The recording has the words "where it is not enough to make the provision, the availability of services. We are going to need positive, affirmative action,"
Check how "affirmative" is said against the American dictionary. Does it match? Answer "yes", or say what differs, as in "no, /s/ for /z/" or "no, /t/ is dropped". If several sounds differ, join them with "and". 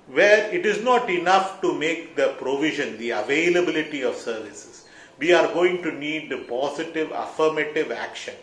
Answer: yes